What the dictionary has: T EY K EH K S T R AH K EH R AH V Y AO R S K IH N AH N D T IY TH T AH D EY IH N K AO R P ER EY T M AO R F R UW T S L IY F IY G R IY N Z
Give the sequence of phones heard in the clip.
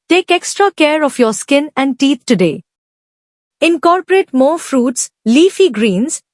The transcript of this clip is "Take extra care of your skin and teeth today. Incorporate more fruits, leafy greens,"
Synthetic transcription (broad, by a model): T EY K EH K S T R AH K EH R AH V Y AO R S K IH N AH N D T IY T T AH D EY IH N K AO R P ER EY T M AO R F R UW T S L IY F IY G R IY N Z